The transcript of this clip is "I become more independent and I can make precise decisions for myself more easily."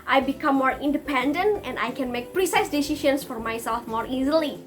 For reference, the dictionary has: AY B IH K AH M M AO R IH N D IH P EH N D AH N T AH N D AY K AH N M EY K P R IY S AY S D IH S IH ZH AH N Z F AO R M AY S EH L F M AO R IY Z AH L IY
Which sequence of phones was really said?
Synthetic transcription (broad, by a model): AY B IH K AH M M AO R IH N D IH P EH N D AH N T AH N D AY K AH N M EY K P R IY S AY S D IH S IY SH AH N S F AO R M AY S EH L F M AO R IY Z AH L IY